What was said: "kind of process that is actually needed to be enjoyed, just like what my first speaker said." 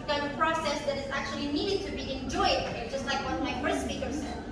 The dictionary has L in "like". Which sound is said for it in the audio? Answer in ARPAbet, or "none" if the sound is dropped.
L